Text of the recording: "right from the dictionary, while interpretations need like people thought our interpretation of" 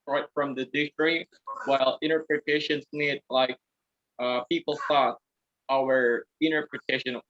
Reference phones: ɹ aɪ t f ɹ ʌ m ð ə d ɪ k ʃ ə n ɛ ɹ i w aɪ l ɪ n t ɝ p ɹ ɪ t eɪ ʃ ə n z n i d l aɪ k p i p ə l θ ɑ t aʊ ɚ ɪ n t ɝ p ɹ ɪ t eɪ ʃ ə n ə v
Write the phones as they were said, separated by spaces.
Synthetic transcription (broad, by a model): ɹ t f ɹ ʌ m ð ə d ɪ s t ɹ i w aɪ l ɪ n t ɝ p ɹ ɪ t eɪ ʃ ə n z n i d l aɪ k p i p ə l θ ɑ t aʊ ɚ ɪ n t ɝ p ɹ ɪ t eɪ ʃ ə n